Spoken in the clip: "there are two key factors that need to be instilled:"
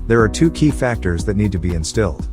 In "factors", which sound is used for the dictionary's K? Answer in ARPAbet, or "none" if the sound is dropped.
K